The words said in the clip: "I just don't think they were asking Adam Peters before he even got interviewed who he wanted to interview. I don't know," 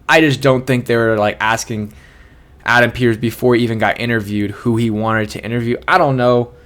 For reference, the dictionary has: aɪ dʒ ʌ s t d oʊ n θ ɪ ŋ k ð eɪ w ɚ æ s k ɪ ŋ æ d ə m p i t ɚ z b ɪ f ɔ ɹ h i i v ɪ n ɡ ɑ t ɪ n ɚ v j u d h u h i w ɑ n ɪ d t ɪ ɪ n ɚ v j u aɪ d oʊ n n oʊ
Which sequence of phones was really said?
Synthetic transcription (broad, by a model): aɪ dʒ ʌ s d oʊ n θ ɪ ŋ k ð eɪ w ɚ æ s k ɪ ŋ æ d ə m p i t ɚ z b ɪ f ɔ ɹ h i i v ɪ n ɡ ɑ t ɪ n ɚ v j u d h u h i w ɑ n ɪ d t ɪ ɪ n ɚ v j u aɪ d oʊ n n oʊ